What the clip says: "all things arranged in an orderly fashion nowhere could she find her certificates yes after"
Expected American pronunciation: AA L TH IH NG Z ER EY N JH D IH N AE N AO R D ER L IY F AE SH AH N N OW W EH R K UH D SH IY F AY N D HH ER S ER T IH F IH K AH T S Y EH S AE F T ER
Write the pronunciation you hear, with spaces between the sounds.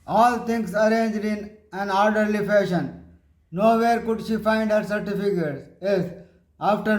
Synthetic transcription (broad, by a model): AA L T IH NG S ER EY N JH D IH N AE N AO R D ER L IY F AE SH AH N N OW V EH R K UH D SH IY F AY N D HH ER S ER T IH F IH K AH T S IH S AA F T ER